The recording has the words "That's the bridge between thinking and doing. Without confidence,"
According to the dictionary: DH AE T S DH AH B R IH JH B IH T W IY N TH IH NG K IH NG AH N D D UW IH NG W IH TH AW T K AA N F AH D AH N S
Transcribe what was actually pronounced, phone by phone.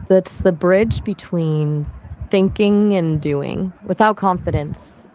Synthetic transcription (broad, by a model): DH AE T S DH AH B R IH JH B IH T W IY N TH IH NG K IH NG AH N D D UW IH NG W IH TH AW T K AA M F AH D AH N S